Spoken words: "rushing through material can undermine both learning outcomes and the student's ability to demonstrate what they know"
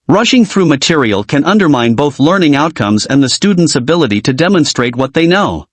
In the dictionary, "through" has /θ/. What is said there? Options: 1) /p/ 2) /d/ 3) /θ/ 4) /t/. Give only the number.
3